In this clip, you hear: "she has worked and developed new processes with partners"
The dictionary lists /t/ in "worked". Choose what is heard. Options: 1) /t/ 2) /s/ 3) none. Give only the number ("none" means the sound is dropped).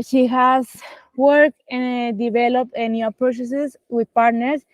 3